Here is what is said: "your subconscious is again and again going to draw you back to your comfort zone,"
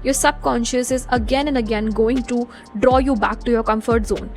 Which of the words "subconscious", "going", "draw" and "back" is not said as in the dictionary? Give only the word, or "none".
none